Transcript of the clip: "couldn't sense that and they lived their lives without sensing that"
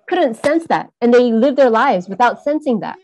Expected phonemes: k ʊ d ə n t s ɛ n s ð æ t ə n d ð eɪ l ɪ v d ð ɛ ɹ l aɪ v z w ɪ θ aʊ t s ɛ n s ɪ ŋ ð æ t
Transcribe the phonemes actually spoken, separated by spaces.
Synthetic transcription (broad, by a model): k ʊ d n t s ɛ n s ð æ t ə n ð eɪ l ɪ v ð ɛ ɹ l aɪ v z w ɪ θ aʊ t s ɛ n s ɪ ŋ ð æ t